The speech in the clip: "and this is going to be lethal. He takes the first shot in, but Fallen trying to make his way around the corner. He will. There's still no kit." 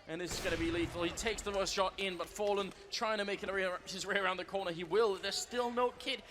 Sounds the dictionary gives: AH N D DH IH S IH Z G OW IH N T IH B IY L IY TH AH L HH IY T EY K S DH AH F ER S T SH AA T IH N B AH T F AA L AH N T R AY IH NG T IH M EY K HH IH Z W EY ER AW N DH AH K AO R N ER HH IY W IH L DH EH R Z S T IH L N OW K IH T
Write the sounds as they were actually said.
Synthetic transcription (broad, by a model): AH N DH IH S IH Z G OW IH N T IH B IY L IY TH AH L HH IY T EY K S DH AH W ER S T SH AA T IH N B AH T F AA L AH N T R AY IH NG T IH M EY K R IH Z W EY ER AW N DH AH K AO R N ER IY W IH L DH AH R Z S T IH L N OW K IH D